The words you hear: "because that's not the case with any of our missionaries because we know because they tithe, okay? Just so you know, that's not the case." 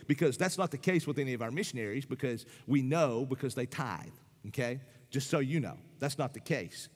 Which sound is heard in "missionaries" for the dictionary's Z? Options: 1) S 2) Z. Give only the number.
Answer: 2